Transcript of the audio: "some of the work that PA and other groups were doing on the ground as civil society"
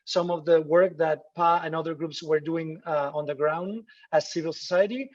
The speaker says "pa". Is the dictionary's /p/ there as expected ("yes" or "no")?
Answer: yes